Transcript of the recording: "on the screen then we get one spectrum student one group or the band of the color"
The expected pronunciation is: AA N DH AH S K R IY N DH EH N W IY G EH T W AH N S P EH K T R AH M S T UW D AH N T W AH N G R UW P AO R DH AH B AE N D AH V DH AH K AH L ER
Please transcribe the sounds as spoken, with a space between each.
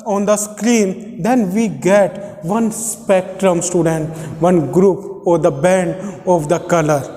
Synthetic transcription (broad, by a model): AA N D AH S K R IY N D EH N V IY G EH T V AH N S P EH K T R AH M S T UW D AH N T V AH N G R UW P AO R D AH B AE N D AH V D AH K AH L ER